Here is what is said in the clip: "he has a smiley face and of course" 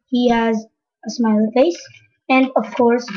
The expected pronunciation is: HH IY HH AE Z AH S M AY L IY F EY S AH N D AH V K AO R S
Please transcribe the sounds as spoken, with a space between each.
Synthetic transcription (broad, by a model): HH IY HH AE Z AH S M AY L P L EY S AH N D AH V K AO R S